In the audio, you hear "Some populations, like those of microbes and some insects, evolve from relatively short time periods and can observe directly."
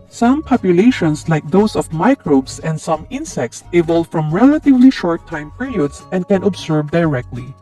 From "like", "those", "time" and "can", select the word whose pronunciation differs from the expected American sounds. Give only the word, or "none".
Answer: those